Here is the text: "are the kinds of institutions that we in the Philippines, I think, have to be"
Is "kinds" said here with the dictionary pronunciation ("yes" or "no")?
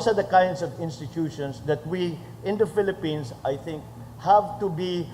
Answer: no